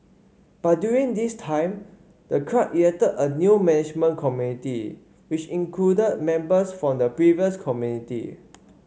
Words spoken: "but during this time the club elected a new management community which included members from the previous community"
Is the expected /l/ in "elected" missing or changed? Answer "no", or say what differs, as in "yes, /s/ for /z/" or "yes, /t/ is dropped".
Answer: yes, /l/ is dropped